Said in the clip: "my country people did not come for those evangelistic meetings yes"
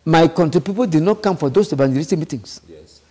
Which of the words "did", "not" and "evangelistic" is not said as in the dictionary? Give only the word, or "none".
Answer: evangelistic